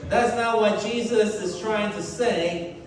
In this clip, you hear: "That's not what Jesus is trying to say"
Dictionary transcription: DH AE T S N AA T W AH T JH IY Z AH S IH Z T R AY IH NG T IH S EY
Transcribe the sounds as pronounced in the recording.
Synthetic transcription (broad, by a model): DH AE T S N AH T W AH T JH IY Z AH S IH Z T R AY IH NG T IH S EY